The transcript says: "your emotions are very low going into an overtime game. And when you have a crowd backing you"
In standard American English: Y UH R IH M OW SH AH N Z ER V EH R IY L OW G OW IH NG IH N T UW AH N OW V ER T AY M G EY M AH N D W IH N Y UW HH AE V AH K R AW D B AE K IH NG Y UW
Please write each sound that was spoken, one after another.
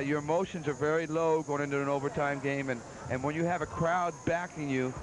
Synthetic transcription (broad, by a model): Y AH R IH M OW SH AH N Z ER V EH R IY L OW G OW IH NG IH N T UW AH N OW V ER T AY M G EY M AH N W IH N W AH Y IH V AH K R AW D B AE K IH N Y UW